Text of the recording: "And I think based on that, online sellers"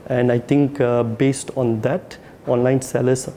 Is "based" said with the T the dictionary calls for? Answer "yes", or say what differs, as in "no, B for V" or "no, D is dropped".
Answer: yes